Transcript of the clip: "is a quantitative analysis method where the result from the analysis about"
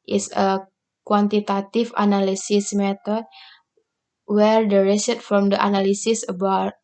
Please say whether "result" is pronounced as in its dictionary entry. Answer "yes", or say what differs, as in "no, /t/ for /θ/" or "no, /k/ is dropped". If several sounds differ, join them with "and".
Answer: no, /s/ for /z/ and /l/ is dropped